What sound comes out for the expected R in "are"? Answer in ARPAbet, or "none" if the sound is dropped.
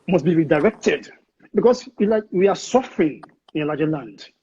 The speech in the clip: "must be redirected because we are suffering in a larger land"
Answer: W